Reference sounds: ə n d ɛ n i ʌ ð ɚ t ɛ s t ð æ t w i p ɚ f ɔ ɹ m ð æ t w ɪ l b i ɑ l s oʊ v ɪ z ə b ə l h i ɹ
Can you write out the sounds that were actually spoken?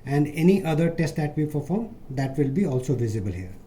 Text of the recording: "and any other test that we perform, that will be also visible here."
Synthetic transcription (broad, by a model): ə n d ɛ n i ʌ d ɚ t ɛ s t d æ t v i p ɚ f ɔ ɹ m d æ t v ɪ l b i ɑ l s oʊ v ɪ z ə b ə l h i ɹ